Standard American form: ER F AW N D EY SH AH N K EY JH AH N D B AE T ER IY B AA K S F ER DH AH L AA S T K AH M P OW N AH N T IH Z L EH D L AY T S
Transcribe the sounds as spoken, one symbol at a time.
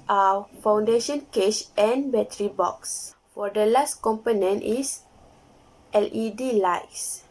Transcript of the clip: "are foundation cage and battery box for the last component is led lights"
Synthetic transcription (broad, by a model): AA F AW N D EY SH AH N K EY SH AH N B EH T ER IY B AA K S F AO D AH L AA S T K AH M P OW N AH N T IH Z L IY D L AY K S